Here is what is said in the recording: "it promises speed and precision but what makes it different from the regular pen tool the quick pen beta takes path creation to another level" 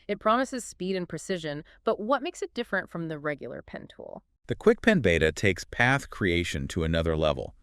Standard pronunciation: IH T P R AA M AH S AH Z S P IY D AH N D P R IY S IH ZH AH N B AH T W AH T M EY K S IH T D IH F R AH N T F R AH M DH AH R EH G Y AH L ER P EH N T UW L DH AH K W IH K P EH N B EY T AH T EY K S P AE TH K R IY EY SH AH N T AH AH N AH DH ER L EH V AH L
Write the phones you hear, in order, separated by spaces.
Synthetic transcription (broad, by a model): IH T P R AA M AH S AH Z S P IY D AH N P R IY S IH ZH AH N B AH T W AH T M EY K S IH T D IH F R AH N T F R AH M DH AH R EH G Y L ER P EH N T UW L DH AH K W IH K P EH N B EY T AH T EY K S P AE TH K R IY EY SH AH N T AH AH N AH DH ER L EH V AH L